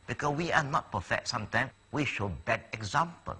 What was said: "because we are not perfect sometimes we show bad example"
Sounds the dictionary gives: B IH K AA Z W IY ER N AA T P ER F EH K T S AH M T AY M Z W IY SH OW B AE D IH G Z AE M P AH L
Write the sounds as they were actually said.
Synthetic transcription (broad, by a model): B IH K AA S W IY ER N AA T P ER F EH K T S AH M T AY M W IY SH OW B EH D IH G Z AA M P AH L